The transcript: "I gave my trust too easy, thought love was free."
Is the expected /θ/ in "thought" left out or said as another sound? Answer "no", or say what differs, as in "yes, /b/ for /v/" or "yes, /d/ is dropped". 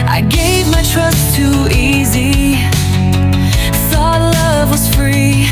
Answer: yes, /s/ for /θ/